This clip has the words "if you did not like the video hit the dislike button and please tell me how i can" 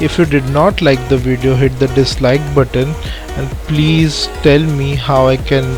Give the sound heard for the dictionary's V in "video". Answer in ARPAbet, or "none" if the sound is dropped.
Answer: V